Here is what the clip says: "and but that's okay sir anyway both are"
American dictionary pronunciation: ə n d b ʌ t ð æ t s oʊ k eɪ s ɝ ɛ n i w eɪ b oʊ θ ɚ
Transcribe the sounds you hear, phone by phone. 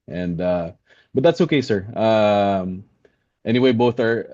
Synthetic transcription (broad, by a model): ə n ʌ b ʌ t ð æ t s oʊ k eɪ s ɝ ɛ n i w eɪ b oʊ θ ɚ